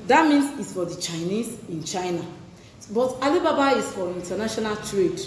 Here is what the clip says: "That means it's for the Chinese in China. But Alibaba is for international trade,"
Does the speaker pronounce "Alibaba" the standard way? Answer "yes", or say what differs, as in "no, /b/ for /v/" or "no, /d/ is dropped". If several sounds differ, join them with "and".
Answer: yes